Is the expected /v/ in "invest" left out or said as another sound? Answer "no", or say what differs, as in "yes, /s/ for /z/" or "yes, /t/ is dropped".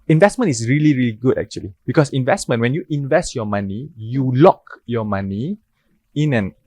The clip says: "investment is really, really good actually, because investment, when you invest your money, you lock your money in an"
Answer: no